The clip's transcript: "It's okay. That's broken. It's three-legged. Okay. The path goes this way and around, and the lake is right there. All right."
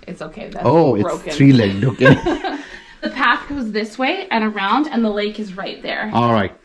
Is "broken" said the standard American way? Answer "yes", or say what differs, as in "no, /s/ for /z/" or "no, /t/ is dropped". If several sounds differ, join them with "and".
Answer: no, /k/ is dropped and /n/ is dropped